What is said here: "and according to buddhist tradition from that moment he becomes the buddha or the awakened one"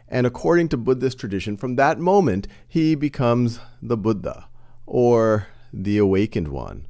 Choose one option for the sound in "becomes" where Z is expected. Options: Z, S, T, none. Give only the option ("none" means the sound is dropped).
Z